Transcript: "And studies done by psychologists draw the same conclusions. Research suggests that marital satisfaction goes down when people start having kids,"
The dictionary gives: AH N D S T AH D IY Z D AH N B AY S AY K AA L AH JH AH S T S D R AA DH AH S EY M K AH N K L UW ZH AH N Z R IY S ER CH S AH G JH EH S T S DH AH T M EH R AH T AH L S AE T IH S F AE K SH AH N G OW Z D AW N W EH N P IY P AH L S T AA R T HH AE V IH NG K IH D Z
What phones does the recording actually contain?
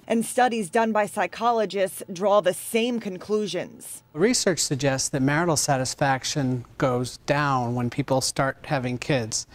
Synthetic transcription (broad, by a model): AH N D S T AH D IY Z D AH N B AY S AY K AA L AH JH AH S T S D R AA DH AH S EY M K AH N K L UW ZH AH N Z R IY S ER CH S AH G JH EH S T S DH AH T M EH R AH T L S AE T IH S F AE K SH AH N G OW Z D AW N W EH N P IY P L S T AA R T HH AE V IH NG K IH D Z